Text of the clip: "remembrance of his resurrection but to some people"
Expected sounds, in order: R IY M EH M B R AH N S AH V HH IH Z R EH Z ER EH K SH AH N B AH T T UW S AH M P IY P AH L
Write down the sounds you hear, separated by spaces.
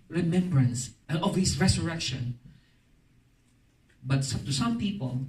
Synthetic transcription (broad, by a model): R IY M EH M B R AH N S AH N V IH S R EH S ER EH K SH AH N B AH T T UW S AH M P IY P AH L